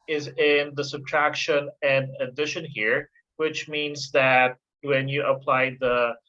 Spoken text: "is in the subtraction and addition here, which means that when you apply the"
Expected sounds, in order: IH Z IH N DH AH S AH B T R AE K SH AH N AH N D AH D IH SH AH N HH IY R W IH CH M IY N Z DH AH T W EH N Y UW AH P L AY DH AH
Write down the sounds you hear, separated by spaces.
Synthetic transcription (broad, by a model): IH Z IH N DH AH S AH B T R AE K SH AH N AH N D AH D IH SH AH N HH IY R W IH CH M IY N Z DH AH T W EH N Y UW AH P L AY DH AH